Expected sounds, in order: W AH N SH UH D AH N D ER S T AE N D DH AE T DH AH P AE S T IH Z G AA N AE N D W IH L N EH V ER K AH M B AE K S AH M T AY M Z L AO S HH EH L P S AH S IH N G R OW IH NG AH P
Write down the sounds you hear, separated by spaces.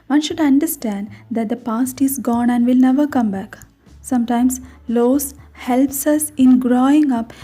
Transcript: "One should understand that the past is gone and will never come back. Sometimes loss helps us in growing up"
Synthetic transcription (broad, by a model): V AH N SH UH D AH N D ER S T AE N D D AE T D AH P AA S T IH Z G AA N AE N D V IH L N EH V ER K AH M B AE K S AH M T AY M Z L AO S HH EH L P S AH S IH N G R OW IH NG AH P